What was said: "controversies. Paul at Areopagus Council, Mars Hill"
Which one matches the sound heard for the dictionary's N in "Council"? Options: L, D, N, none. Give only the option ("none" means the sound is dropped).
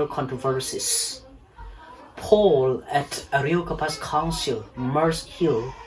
N